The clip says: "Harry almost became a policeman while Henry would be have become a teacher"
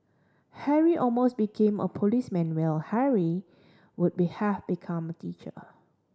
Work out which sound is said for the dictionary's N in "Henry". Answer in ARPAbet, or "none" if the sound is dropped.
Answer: none